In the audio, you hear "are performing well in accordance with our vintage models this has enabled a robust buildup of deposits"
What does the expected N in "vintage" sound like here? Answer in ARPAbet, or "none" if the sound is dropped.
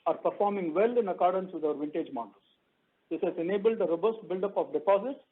N